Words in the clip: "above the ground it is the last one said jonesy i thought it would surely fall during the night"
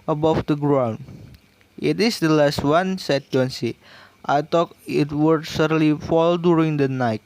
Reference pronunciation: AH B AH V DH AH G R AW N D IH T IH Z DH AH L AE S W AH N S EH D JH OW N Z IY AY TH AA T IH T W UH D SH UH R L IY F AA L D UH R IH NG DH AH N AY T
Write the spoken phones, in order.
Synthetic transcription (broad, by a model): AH B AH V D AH G R AW N D IH T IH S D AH L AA S W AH N S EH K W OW N S IY AY T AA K IH T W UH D S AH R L IY F AA L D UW R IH NG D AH N AY T